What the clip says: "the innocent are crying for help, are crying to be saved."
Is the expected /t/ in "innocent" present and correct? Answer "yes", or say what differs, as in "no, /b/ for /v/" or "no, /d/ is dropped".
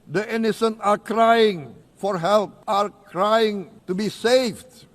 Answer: no, /t/ is dropped